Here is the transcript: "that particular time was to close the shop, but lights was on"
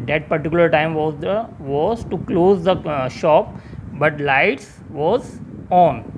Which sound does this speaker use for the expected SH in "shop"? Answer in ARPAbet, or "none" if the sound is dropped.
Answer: SH